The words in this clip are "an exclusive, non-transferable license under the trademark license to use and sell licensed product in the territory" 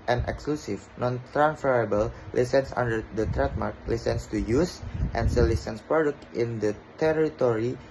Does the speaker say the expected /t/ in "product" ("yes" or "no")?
yes